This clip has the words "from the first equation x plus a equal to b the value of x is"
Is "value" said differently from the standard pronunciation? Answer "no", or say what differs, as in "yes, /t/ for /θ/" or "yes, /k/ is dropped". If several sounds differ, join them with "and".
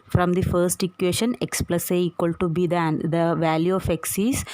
no